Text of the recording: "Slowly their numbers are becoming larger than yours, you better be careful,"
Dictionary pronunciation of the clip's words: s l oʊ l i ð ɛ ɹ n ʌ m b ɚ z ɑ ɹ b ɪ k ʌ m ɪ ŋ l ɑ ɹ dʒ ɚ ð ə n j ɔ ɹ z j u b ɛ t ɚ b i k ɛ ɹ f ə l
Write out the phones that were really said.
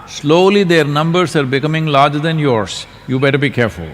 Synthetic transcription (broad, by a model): s l oʊ l i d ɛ ɹ n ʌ m b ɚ s ɑ ɹ b ɪ k ʌ m ɪ ŋ l ɑ ɹ dʒ ɚ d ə n j ɔ ɹ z j u b ɛ t ɚ b i k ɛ ɹ f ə l